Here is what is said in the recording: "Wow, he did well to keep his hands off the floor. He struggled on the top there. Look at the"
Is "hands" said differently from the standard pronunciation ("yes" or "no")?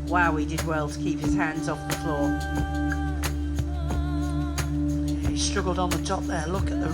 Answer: no